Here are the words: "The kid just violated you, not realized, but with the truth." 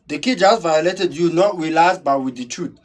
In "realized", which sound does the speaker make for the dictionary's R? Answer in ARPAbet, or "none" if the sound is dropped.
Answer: W